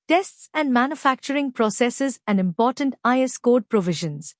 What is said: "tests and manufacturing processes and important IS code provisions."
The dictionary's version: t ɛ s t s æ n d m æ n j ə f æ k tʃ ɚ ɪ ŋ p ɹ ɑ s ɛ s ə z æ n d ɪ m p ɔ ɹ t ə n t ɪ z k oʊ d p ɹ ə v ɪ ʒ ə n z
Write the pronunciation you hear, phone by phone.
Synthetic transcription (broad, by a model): t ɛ s t s æ n d m æ n j ə f æ k tʃ ɚ ɪ ŋ p ɹ ɑ s ɛ s ə z æ n d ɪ m p ɔ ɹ t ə n t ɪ s k oʊ d p ɹ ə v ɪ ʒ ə n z